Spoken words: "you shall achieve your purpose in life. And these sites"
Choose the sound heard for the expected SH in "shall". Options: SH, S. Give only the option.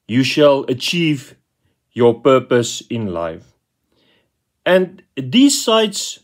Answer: SH